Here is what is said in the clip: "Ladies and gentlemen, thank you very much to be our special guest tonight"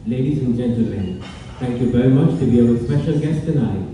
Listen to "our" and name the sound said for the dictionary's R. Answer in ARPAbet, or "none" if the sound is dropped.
W